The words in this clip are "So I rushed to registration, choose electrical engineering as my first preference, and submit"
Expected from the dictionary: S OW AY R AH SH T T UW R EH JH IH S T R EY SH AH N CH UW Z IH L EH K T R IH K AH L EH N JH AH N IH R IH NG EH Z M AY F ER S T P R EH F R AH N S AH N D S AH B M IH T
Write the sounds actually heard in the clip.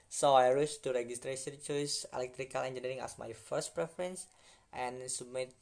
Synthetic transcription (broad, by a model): S OW AY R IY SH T T UW R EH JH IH S T R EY S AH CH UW S IH L EH K T R IH K AH L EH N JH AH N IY R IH NG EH S M AY F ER S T P R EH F R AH N S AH N S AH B M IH T